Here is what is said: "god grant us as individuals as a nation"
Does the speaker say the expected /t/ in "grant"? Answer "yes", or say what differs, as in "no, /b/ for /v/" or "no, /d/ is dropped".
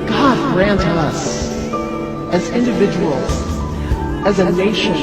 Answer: yes